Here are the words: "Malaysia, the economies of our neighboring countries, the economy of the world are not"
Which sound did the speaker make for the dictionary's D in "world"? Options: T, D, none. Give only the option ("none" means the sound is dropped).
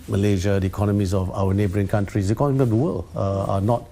none